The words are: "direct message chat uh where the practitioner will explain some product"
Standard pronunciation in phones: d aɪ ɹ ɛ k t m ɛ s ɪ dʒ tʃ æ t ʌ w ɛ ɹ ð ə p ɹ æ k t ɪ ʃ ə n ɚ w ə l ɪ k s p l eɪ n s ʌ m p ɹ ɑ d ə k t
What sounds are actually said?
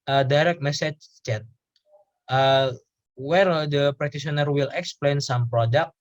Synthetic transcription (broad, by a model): d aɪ ɹ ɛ k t m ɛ s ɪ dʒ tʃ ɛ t ʌ w ɛ ɹ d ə p ɹ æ t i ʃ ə n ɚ w ə l ɪ k s p l eɪ n s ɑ m p ɹ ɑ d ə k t